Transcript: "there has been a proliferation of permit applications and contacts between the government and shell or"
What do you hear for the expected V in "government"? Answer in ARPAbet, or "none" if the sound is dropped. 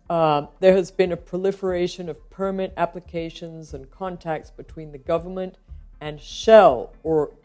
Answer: V